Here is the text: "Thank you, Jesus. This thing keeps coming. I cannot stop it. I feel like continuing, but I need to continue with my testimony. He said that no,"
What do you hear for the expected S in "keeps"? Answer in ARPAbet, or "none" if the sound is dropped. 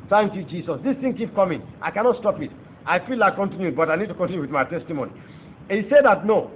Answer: none